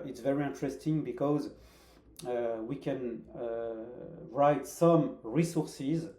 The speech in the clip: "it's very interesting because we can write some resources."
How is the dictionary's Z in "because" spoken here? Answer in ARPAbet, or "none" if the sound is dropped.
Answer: Z